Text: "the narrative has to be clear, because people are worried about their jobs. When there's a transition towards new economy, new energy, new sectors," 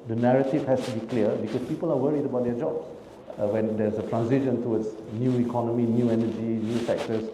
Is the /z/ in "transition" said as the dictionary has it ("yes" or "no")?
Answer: no